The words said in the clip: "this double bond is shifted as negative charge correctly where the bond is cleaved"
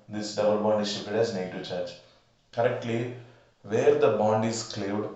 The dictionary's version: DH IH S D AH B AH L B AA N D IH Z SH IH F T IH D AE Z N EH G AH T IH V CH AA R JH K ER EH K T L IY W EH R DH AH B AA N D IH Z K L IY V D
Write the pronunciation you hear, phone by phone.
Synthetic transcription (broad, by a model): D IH S D AH B AH L B AA N D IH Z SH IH T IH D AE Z N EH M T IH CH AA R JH K ER EH K T L IY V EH R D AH B AA N D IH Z K L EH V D